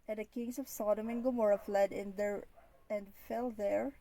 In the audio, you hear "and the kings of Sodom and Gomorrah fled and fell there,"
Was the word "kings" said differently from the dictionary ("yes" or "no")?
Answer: yes